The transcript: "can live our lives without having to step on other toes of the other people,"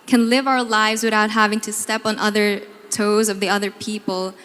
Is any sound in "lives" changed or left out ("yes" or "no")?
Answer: no